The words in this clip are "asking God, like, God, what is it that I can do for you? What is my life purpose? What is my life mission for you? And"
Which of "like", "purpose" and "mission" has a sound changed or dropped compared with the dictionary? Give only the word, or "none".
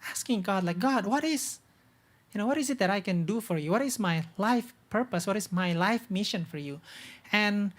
none